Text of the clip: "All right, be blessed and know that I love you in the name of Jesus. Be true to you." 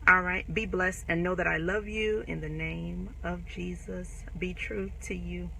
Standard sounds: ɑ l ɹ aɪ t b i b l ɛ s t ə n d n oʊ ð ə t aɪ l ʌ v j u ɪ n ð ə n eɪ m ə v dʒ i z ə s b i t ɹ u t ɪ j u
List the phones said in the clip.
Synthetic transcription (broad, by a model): ɑ l ɹ aɪ t b i b l ɛ s t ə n n oʊ ð ə t aɪ l ʌ v j u ɪ n ð ə n eɪ m ə v dʒ i z ə s b i t ɹ u t ɪ j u